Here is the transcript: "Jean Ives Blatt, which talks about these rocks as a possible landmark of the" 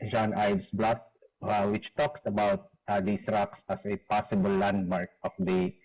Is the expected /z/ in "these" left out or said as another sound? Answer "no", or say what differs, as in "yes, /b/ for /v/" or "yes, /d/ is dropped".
yes, /s/ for /z/